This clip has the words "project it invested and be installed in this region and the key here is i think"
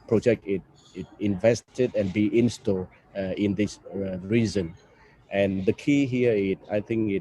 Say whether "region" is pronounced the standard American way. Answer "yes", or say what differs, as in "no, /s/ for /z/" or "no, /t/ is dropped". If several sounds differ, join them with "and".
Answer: no, /z/ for /dʒ/